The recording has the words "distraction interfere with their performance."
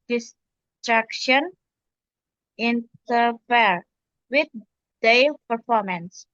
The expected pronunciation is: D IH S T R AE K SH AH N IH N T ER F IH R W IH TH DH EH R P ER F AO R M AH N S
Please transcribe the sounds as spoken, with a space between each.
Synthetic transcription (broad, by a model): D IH S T R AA K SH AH N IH N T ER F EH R W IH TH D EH L P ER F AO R M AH N S